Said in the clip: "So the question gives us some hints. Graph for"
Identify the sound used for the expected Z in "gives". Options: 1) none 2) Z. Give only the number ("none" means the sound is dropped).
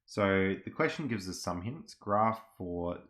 2